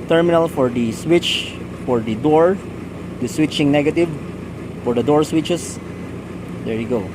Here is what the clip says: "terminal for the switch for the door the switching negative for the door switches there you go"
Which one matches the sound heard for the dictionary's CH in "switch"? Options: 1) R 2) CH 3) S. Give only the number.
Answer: 2